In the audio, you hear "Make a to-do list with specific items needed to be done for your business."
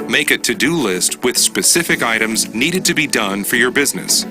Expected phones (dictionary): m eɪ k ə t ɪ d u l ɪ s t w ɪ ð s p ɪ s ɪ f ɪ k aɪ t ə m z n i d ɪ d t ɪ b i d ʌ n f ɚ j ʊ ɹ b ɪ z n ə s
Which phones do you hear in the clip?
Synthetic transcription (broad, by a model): m eɪ k ə t ɪ d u l ɪ s t w ɪ ð s p ɪ s ɪ f ɪ k aɪ t ə m z n i d ɪ d t ɪ b i d ʌ n f ɚ j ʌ ɹ b ɪ z n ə s